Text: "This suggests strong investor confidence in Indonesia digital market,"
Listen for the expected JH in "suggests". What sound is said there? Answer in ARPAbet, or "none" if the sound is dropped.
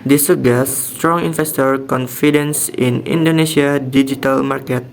none